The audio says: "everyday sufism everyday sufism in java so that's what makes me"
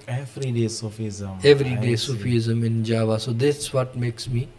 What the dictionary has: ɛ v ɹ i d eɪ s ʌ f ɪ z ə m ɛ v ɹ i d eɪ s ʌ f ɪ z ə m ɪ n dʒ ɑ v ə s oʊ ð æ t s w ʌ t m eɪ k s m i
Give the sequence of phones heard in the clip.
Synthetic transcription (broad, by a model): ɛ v ɹ i d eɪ s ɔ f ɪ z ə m ɛ v ɹ i d eɪ s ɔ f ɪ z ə m ɪ n dʒ ɑ v ə s oʊ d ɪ s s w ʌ t m eɪ k s m i